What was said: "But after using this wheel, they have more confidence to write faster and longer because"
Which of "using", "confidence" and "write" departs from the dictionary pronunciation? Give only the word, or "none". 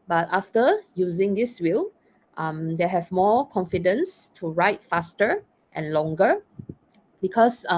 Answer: none